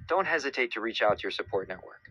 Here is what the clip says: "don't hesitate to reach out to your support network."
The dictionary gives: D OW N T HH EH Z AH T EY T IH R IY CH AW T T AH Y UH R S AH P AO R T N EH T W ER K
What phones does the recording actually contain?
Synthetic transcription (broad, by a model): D OW N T HH EH Z AH T EY T IH R IY CH AW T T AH R S AH P AO R T N EH T W ER K